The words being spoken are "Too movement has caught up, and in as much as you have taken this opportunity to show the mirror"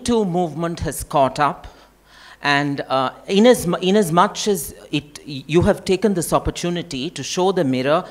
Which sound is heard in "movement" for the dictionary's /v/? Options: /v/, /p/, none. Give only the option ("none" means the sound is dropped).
/v/